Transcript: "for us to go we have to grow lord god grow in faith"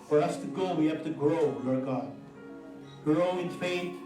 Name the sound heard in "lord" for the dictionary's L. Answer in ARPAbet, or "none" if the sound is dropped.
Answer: W